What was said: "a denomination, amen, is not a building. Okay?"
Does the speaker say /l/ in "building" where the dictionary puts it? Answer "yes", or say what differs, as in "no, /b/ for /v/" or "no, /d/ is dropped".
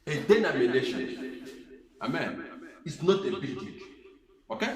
no, /l/ is dropped